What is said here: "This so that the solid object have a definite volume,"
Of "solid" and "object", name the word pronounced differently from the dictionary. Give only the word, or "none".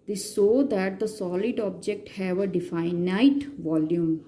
none